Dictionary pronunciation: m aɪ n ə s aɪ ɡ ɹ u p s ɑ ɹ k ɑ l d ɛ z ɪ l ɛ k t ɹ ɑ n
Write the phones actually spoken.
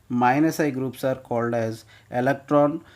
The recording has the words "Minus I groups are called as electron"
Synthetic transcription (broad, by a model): m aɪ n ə s aɪ ɡ ɹ u p s ɑ ɹ k ɑ l d ɛ z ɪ l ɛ k t ɹ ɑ n